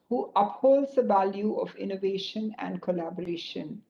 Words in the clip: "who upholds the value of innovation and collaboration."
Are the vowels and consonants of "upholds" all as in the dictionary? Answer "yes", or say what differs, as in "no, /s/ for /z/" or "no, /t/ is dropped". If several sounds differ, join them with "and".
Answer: yes